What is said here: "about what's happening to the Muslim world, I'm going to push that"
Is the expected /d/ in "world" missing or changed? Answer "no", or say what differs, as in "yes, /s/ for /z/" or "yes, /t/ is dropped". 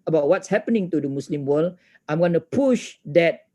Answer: yes, /d/ is dropped